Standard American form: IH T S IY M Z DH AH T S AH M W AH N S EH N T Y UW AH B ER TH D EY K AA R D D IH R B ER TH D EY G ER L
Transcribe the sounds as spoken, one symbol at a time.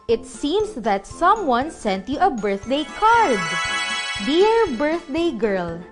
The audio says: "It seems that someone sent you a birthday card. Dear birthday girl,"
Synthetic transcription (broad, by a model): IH T S IY M S DH AH T S AH M W AH N S EH N T Y UW AH B ER TH D EY K AA R D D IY R B ER TH D EY G ER L